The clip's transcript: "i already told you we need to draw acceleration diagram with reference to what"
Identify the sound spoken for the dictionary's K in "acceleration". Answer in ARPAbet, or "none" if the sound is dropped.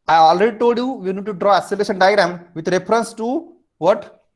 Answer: none